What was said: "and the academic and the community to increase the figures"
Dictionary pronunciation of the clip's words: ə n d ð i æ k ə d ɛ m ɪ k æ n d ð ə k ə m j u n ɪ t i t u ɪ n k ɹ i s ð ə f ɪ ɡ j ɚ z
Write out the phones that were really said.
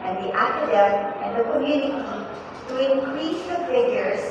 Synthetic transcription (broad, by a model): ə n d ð i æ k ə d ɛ ɪ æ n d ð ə k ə m j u n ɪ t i t u ɪ n k ɹ i s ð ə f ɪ ɡ j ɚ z